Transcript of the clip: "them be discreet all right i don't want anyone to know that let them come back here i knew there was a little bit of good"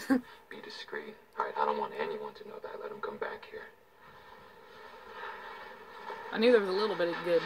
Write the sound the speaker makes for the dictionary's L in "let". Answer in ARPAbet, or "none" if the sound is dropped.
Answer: L